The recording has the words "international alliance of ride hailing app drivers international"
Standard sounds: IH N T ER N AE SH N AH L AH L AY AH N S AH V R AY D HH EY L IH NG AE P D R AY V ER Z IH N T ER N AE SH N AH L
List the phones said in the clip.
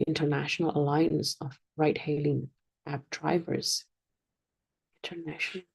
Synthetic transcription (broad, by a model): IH N T ER N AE SH N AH L AH L AY AH N S AH V R AY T HH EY L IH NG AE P D R AY V ER Z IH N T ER N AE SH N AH